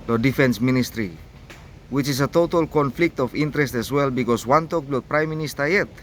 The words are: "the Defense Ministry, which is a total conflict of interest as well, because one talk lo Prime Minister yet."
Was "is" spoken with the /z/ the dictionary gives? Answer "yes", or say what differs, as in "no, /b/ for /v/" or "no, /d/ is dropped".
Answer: no, /s/ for /z/